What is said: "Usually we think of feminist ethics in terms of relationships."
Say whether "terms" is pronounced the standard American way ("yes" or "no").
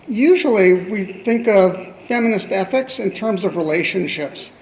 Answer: yes